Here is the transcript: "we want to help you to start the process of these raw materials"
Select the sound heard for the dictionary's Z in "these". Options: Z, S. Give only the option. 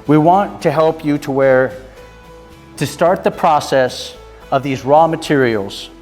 Z